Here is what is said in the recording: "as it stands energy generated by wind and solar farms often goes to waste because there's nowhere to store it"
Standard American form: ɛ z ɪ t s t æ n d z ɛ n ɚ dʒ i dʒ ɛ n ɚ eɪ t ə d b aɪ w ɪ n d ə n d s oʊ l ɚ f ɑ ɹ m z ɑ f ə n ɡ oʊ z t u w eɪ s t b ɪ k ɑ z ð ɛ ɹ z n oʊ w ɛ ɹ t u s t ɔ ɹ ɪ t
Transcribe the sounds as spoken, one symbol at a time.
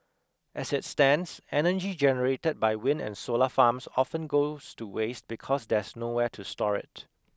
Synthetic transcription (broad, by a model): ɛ s ɪ t s t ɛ n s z ɛ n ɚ dʒ i dʒ ɛ n ɚ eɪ t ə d b aɪ w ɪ n ə n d s oʊ l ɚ f ɑ m s ɑ f ə n ɡ oʊ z t u w eɪ s t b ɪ k ɑ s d ɛ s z n oʊ w ɛ t u s t ɔ ɹ ɪ t